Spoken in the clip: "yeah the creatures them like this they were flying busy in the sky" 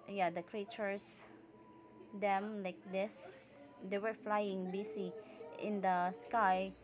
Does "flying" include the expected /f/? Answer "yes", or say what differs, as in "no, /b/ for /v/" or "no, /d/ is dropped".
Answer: yes